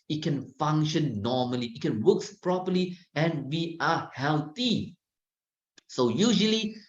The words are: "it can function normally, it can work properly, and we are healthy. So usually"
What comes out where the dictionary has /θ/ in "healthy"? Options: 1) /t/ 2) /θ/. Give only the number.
1